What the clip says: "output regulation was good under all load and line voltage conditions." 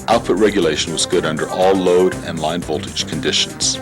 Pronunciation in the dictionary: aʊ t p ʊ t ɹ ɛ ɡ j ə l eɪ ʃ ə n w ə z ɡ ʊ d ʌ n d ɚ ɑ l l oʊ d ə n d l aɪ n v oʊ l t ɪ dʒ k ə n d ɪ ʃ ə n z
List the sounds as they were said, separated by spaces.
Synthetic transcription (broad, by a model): aʊ t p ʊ t ɹ ɛ ɡ j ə l eɪ ʃ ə n w ə z ɡ ʊ d ʌ n d ɚ ɑ l l oʊ d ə n l aɪ n v oʊ l t ɪ dʒ k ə n d ɪ ʃ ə n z